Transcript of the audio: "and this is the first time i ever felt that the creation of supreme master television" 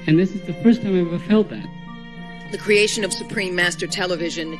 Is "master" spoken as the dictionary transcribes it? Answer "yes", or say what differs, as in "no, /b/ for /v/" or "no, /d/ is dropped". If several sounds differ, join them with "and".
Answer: yes